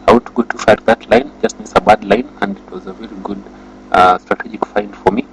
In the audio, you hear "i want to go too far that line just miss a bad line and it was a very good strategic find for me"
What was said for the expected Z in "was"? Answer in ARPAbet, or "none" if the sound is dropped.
Z